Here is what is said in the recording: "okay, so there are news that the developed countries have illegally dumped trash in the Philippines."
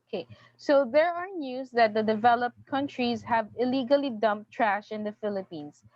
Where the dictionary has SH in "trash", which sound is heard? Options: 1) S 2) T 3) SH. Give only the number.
3